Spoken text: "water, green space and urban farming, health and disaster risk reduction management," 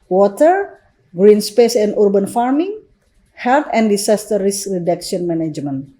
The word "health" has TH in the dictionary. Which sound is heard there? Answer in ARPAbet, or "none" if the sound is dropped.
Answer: T